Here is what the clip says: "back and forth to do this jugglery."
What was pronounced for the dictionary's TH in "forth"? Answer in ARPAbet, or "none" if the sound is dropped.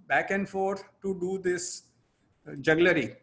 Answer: T